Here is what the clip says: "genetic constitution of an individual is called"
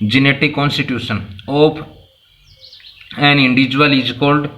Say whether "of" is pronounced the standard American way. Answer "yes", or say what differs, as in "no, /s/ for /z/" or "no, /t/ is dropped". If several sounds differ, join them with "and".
no, /p/ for /v/